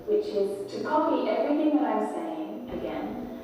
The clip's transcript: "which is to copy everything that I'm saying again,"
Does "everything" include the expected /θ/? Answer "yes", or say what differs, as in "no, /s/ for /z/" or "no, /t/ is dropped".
yes